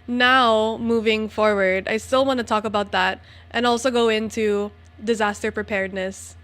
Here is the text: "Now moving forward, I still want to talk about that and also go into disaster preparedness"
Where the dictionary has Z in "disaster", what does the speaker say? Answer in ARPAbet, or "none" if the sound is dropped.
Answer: Z